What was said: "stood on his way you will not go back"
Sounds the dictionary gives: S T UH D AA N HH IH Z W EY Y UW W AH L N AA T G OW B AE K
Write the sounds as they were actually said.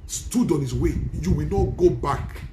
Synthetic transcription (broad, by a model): S T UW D AA N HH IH S W EY Y UW W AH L N AA T G OW B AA K